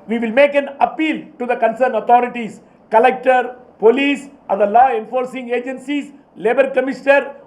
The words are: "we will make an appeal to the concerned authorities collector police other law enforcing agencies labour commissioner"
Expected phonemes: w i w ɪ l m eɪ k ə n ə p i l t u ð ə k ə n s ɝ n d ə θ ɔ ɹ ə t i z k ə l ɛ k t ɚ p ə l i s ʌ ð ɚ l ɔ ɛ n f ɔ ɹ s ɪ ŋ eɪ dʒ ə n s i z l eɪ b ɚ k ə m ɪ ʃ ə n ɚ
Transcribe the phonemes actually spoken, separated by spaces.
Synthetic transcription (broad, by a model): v i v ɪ l m eɪ k ə n ə p i l t u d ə k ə n s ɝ n ə t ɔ ɹ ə t i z k ə l ɛ k t ɚ p ə l i s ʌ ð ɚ l ɔ ɛ n f ɔ ɹ s ɪ ŋ eɪ dʒ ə n s i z l eɪ b ɚ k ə m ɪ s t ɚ